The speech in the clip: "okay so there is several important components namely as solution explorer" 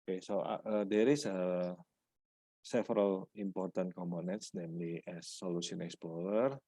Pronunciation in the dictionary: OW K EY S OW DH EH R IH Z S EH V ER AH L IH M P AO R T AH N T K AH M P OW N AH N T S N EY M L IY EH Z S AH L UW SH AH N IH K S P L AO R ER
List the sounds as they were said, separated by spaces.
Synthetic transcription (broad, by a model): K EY S OW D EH R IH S S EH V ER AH L IH M P AO R T AH N T K AH M P OW N AH N T S N EY M L IY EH S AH L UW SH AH N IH K S P L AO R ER